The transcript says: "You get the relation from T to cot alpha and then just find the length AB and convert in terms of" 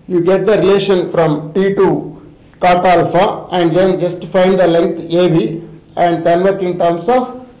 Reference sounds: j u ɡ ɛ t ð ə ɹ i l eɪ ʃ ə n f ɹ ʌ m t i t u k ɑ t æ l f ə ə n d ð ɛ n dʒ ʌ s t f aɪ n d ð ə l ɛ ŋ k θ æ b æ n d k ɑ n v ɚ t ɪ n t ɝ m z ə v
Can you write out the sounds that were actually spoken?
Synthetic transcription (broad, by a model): j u ɡ ɛ t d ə ɹ i l eɪ ʃ ə n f ɹ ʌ m t i t u k ɑ t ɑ l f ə ə n d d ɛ n dʒ ʌ s t f aɪ n d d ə l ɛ ŋ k t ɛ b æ n d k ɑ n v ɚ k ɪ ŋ t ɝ m s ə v